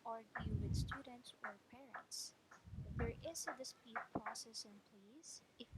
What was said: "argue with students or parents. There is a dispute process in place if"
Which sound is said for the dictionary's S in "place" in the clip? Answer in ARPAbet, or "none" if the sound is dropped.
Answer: none